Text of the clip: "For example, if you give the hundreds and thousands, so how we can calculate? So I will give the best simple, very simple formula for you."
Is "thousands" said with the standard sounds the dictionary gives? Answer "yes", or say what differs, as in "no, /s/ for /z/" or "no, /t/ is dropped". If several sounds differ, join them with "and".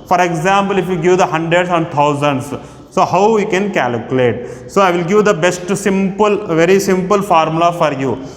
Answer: no, /t/ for /θ/